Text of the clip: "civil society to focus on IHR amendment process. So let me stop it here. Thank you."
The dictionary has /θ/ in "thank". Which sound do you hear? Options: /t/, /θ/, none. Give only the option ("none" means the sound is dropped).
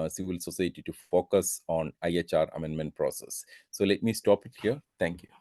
/t/